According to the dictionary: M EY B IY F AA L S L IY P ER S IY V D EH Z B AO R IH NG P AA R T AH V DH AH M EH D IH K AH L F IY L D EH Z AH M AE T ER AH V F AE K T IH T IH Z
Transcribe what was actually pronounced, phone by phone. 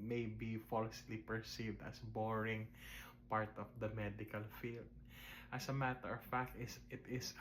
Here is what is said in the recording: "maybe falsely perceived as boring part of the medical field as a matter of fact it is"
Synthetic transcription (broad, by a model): M EY B IY F AA L S L IY P ER S IY V D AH S B AO R IH NG P AA R T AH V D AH M EH D IH K AH L F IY L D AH S AH M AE T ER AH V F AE K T IH T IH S